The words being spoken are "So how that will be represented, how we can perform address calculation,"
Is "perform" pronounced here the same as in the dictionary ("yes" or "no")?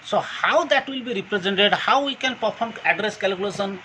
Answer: no